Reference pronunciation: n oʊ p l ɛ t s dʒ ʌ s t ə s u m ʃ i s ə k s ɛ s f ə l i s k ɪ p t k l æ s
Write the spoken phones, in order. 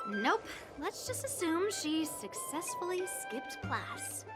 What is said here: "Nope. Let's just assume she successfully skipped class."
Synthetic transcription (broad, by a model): n oʊ p l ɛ t s dʒ ʌ s t ə s u m ʃ i s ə k s ɛ s f l i s k ɪ p t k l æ s